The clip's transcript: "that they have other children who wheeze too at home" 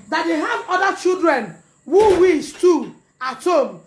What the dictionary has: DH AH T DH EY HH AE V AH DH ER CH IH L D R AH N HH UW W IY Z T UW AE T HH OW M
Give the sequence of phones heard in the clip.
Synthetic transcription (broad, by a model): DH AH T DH EY HH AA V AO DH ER CH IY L D R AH N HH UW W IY S T UW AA T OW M